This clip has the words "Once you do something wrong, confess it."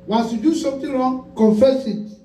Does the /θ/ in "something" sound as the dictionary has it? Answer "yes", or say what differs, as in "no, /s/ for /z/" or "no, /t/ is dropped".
no, /t/ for /θ/